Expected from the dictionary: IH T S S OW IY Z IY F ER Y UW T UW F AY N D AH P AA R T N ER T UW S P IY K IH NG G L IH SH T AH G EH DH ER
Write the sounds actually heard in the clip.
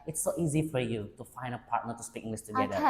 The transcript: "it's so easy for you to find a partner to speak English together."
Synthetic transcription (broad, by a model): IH T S S OW IY Z IY F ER Y UW T UW F AY N D AH P AA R T N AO T UW S P IY K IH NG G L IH S T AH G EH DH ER